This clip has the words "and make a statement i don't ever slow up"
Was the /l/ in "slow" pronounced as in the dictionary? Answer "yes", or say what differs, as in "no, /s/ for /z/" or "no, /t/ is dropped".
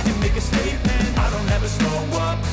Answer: no, /l/ is dropped